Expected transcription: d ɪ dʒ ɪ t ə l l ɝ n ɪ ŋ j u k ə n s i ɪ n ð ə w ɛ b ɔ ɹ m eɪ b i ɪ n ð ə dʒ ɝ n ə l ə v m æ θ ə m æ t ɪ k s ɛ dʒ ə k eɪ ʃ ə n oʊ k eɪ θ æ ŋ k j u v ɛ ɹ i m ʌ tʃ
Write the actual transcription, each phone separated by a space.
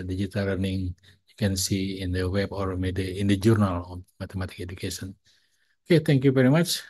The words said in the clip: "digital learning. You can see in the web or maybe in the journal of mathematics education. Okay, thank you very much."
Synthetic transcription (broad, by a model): d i dʒ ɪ t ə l l ɝ n ɪ ŋ j u k ə n s i ɪ n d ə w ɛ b ɔ ɹ m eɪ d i ɪ n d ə dʒ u n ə l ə m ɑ t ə m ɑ t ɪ k ɛ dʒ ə k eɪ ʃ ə n oʊ k eɪ t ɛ ŋ k j u v ɛ ɹ i m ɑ tʃ